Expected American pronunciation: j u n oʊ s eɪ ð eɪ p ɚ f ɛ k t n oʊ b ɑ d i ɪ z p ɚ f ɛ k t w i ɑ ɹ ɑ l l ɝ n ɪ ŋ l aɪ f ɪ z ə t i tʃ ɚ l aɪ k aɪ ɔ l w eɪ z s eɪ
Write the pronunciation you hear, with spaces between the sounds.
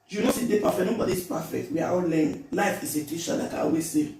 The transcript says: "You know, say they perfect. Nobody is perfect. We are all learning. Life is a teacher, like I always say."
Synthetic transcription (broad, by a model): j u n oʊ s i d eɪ p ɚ f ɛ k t n oʊ b ɑ d i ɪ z p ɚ f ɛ k t w i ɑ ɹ ɑ l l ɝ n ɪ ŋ l aɪ f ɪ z ə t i ʃ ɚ l aɪ k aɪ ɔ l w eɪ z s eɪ